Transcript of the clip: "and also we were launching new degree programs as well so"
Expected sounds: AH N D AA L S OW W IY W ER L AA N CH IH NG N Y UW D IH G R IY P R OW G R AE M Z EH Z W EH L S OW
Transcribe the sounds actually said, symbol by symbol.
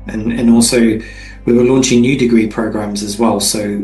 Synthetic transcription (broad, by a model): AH N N AA L S OW W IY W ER L AA N CH IH NG N Y UW D IH G R IY P R OW G R AE M Z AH Z W EH L S OW